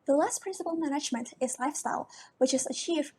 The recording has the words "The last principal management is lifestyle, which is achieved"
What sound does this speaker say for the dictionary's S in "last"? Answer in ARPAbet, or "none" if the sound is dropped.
S